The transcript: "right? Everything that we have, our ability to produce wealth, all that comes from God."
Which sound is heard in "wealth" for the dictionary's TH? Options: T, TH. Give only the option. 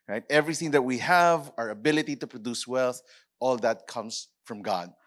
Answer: TH